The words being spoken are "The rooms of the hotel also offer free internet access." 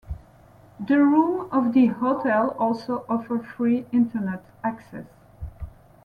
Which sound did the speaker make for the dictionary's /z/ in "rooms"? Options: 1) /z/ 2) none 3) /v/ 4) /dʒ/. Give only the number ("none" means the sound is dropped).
2